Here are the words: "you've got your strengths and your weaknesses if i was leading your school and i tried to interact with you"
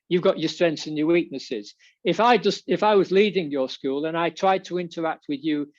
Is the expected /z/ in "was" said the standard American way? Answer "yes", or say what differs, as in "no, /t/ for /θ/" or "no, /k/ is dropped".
yes